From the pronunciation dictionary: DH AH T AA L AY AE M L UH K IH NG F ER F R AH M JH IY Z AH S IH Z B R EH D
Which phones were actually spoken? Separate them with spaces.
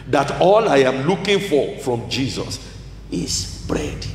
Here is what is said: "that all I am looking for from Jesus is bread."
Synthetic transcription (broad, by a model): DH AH T AA L AY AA M L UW K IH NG F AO F R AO M JH IY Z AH S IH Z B R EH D